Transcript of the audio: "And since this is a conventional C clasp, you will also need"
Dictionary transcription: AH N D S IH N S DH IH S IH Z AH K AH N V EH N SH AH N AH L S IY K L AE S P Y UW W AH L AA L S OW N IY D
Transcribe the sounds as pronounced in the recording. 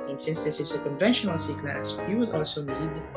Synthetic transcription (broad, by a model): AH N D S IH N S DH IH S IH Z AH K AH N V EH N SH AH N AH L S IY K N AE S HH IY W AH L AA L S OW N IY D